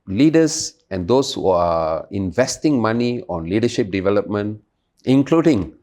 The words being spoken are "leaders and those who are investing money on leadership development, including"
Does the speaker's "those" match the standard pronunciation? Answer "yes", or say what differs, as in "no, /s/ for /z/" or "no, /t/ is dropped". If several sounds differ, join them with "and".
no, /s/ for /z/